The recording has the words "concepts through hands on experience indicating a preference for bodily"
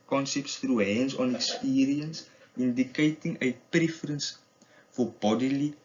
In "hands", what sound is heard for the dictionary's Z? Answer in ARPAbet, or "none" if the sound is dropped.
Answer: S